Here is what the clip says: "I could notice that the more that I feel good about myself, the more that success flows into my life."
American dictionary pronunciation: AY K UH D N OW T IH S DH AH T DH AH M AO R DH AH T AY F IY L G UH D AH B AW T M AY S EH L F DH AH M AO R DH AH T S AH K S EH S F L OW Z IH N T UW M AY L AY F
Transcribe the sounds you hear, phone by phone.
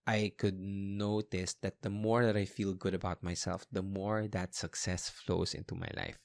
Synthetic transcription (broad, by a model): AY K UH D N OW T IH S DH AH T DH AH M AO R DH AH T AY F IY L G UH D AH B AW T M AY S EH L F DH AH M AO R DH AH T S AH K S EH S F L OW S IH N T UW M AY L AY F